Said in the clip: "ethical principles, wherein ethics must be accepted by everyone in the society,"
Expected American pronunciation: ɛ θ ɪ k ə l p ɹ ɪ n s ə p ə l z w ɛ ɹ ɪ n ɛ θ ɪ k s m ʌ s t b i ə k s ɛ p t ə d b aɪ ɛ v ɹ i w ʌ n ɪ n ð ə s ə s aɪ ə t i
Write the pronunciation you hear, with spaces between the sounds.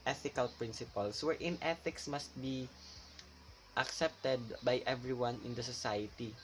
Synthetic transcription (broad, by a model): ɛ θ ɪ k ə l p ɹ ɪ n s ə p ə l s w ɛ ɹ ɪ n ɛ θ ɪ k s m ʌ s t b i ə k s ɛ p t ə d b aɪ ɛ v ɹ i w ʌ n ɪ n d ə s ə s aɪ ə t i